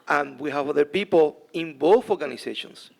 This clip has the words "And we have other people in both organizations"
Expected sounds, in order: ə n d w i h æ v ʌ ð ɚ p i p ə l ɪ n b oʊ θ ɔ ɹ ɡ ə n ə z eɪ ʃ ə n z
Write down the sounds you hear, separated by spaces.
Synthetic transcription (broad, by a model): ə n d w i h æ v ʌ ð ɚ p i p ə l ɪ n b oʊ θ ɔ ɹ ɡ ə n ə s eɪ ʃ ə n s